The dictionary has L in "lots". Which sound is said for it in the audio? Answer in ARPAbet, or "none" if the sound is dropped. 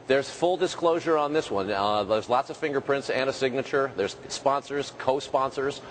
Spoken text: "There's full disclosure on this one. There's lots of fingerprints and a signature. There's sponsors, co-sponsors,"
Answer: L